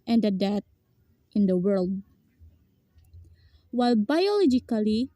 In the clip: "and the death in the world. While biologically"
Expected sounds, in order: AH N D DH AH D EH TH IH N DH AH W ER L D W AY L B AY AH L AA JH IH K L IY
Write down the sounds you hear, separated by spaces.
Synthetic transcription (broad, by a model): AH N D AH D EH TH IH N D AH W ER L D W AY L B AY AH L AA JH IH K L IY